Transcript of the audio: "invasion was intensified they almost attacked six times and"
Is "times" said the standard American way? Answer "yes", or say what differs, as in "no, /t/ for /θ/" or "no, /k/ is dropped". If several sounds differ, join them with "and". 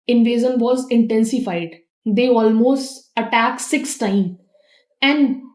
no, /z/ is dropped